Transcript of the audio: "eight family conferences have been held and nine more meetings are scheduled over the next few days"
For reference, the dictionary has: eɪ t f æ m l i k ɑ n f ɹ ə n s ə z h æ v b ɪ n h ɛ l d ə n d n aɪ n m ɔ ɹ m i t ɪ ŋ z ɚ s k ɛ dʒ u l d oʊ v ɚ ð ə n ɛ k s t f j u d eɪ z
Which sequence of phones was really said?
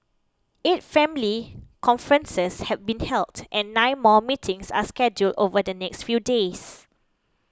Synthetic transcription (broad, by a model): eɪ t f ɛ m l i k ɑ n f ɹ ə n s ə s h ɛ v b ɪ n h ɛ l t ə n n aɪ n m ɔ m i t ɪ ŋ s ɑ s k ɛ dʒ u l d oʊ v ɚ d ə n ɛ k s t f j u d eɪ s